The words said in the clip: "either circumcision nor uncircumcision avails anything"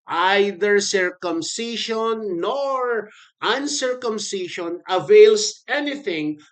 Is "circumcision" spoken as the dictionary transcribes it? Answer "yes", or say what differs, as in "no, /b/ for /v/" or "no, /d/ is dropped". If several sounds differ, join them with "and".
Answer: no, /ʃ/ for /ʒ/